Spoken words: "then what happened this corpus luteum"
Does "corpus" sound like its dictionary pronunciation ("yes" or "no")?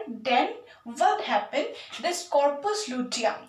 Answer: yes